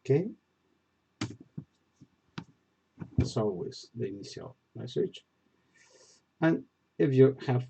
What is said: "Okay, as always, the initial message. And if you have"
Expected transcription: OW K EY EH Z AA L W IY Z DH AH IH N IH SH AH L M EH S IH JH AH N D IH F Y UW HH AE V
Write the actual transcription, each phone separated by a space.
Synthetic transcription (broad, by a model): K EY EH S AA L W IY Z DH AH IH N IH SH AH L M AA S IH CH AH N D IH F Y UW HH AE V